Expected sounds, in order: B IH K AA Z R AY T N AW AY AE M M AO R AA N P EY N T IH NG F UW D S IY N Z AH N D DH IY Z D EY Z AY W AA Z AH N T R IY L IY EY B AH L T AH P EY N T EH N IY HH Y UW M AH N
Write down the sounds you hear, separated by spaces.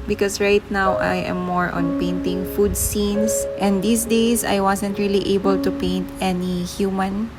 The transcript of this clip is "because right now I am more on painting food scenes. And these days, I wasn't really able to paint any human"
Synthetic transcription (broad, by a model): B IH K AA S R AY T N AW AY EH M M AO R AA N P EY N T IH NG F UW D S IY N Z AH N D IY S D EY S AY W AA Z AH N T R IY L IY EY B AH L T AH P EY N T EH N IY HH Y UW M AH N